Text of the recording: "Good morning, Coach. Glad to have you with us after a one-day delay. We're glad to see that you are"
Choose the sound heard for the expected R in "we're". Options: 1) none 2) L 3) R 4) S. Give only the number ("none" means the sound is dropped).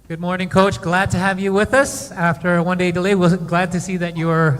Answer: 2